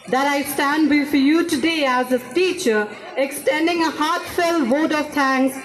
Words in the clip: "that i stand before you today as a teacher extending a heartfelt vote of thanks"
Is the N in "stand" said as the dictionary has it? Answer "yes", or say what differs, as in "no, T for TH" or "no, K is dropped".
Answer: yes